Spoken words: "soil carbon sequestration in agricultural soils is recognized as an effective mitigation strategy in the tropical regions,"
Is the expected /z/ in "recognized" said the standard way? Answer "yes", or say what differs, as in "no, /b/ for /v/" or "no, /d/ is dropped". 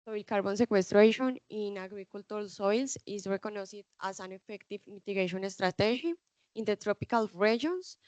no, /s/ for /z/